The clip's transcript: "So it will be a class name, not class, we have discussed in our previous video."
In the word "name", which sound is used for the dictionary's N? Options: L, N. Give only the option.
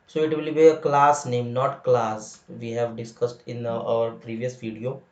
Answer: N